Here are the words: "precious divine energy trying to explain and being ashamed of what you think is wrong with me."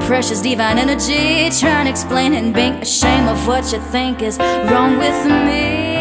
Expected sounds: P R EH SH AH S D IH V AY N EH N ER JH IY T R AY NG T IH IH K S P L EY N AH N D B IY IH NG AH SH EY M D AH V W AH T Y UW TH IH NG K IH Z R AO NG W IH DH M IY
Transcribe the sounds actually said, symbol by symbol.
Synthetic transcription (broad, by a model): P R EH SH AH S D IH V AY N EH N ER JH IY T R AY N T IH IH K S P L EY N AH N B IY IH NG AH SH EY M AH V W AH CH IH TH IH NG K IH Z R AO NG W IH DH M IY